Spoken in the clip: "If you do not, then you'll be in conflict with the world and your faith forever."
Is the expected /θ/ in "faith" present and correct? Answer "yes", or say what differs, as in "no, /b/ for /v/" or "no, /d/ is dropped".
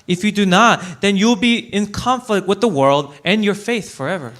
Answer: yes